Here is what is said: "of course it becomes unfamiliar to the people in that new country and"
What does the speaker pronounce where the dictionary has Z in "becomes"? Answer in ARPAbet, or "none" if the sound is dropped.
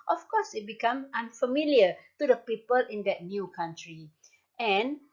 none